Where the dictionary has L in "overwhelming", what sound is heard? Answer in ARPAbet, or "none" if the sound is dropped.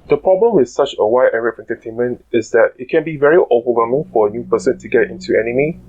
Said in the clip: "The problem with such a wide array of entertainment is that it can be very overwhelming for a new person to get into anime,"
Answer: none